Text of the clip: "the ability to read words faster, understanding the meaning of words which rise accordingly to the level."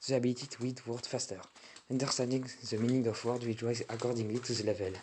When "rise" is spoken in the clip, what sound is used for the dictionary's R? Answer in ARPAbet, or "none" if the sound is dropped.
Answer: W